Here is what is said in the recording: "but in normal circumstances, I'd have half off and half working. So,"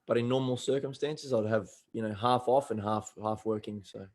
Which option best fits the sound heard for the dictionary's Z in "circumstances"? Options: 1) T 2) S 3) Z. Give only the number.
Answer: 3